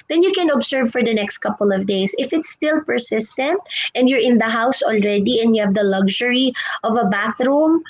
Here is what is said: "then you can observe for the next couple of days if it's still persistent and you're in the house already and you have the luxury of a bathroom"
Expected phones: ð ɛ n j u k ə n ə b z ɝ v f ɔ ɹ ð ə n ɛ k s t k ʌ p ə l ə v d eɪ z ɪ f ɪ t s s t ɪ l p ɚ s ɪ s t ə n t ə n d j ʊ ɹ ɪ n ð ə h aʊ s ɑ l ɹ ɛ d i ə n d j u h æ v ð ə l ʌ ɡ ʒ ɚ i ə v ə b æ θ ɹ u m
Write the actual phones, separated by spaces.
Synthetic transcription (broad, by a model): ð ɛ n j u k ə n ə b s ɝ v f ɔ ɹ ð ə n ɛ k s t k ʌ p ə l ə v d eɪ s ɪ f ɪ t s s t ɪ l p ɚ s ɪ s t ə n t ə n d j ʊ ɹ ɪ n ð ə h aʊ s ɑ l ɹ ɛ d i ə n d j u h æ v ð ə l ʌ ɡ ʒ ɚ i ə v ə b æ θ ɹ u m